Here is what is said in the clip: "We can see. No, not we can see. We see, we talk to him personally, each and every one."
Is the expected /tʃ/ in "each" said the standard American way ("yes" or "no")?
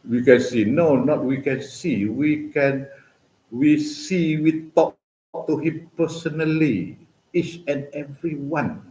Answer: yes